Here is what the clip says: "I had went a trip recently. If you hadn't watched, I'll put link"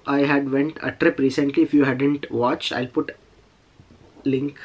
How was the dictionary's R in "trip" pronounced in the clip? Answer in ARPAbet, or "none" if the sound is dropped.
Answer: R